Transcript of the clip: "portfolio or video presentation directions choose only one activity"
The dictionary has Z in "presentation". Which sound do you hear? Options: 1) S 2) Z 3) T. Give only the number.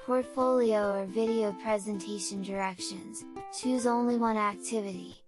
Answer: 2